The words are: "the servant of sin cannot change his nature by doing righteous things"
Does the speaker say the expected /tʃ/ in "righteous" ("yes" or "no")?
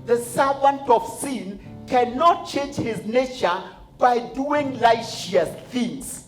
no